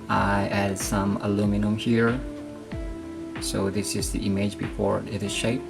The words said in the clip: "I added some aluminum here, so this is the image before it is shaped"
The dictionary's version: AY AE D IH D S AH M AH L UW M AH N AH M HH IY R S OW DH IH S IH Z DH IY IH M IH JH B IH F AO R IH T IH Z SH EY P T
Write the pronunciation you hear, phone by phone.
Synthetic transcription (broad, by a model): AY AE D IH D S AH M AH L UW M AH N AH M HH IY R S OW DH IH S IH Z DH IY IH M IH JH B IH F AO R IH T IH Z SH EY P